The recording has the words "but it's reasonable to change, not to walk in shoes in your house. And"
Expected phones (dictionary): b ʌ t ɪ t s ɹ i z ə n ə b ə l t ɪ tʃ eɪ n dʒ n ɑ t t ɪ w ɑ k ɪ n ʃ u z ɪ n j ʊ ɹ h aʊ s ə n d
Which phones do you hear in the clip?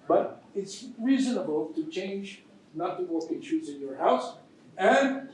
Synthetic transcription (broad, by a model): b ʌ t ɪ t s ɹ i z ə n ə b ə l t ɪ tʃ eɪ n dʒ n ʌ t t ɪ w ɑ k ɪ n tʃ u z ɪ n j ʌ ɹ h aʊ s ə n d